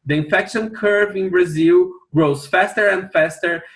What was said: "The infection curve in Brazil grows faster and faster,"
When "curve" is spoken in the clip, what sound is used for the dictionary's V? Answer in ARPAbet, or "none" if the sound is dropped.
V